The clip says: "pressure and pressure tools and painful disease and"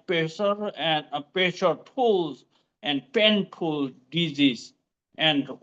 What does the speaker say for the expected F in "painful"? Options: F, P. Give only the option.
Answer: P